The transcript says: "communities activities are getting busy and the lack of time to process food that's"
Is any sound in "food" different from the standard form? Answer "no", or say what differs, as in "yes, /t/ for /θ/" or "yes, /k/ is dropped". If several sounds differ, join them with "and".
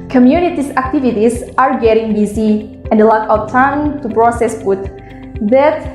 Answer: yes, /p/ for /f/